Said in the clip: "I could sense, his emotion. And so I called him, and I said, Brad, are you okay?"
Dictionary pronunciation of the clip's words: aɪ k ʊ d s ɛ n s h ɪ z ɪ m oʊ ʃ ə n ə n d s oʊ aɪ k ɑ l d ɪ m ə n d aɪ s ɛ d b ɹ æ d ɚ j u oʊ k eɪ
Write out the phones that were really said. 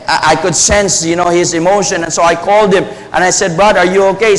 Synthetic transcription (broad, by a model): aɪ k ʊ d s ɛ n s h ɪ z ɪ m oʊ ʃ ə n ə n s oʊ aɪ k ɑ l d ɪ m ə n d aɪ s ɛ d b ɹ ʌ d ɚ j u oʊ k eɪ